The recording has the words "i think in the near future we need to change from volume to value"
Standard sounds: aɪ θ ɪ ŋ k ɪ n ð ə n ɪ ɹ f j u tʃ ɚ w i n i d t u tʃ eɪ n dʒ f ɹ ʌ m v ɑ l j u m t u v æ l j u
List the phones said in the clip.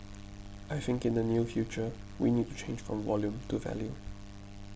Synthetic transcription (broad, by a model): aɪ θ ɪ ŋ k ɪ n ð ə n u f j u tʃ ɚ w i n i d t u tʃ eɪ n dʒ f ɹ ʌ m v ɑ l j u m t u v æ l j u